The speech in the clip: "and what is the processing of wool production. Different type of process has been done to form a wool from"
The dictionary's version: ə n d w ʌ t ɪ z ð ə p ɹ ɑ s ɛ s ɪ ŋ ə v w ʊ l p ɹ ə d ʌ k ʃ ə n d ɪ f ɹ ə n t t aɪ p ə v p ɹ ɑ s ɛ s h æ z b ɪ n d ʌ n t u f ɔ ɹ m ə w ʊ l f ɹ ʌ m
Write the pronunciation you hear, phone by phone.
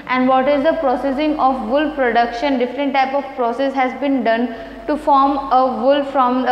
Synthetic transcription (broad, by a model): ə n d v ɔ t ɪ z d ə p ɹ ɑ s ɛ s ɪ ŋ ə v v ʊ l p ɹ ə d ʌ k ʃ ə n d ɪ f ɹ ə n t t aɪ p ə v p ɹ ɑ s ɛ s h æ z b ɪ n d ʌ n t u f ɔ ɹ m ə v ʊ l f ɹ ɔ m